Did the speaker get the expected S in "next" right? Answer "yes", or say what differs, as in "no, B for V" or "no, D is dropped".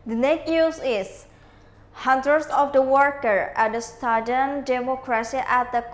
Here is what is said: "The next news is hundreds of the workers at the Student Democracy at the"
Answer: no, S is dropped